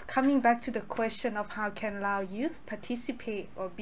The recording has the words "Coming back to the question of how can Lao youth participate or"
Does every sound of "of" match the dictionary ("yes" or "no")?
no